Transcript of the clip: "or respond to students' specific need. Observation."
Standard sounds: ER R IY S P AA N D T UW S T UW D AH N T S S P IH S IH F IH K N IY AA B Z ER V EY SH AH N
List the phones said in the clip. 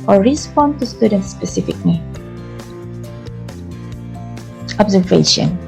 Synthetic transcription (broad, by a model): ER R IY S P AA N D T UW S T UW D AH N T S S P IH S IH F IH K L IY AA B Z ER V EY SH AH N